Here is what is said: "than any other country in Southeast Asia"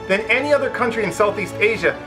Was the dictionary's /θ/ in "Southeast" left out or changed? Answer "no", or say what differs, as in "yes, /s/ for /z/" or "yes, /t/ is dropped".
no